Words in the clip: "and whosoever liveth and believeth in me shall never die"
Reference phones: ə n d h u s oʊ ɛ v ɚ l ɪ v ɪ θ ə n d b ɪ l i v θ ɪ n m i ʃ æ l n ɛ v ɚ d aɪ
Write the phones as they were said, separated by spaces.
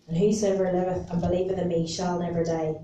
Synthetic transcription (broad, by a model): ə n h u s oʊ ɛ v ɚ l ɪ v ɪ θ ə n b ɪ l i v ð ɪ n m i ʃ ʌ l n ɛ v ɚ d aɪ